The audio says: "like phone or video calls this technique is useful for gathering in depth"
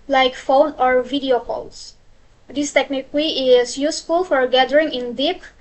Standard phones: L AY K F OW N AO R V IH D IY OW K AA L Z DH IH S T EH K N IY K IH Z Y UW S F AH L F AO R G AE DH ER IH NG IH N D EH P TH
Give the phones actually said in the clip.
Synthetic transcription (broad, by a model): L AY K F OW N AO R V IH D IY OW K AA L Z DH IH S T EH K N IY K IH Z Y UW S F AH L F AO R G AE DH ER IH NG IH N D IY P